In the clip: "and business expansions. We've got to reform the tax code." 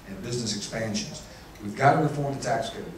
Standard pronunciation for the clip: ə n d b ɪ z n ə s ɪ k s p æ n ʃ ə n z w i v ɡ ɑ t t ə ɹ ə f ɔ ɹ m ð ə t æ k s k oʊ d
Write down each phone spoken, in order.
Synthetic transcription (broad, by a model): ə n b ɪ z n ə s ɪ k s p æ n ʃ ə n z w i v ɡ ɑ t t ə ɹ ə f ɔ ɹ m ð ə t æ k s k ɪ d